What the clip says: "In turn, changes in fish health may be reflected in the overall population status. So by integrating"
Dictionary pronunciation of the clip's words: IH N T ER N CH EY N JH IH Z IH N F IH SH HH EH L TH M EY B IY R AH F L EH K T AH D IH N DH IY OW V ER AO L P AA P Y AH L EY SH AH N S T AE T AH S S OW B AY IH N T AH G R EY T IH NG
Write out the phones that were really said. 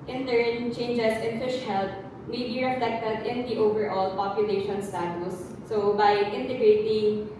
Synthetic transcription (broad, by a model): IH N T ER N CH EY N JH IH S IH N F IH SH HH EH L T M EY B IY R AH F L EH K T AH D IH N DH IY OW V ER AO L P AA P Y AH L EY SH AH N S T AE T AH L S OW B AY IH N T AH G R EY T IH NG